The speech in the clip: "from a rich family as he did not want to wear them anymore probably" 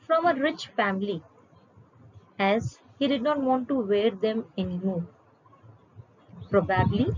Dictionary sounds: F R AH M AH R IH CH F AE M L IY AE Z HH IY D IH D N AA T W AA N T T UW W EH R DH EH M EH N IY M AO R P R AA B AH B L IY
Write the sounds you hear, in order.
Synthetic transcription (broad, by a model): F R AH M AH R IH CH F AE M L IY AE Z HH IY D IH D N AA T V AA N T T UW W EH R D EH M EH N IY M AO R P R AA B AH B L IY